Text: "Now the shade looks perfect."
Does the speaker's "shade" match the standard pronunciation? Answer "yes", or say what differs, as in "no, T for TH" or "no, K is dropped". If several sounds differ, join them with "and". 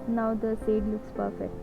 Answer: no, S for SH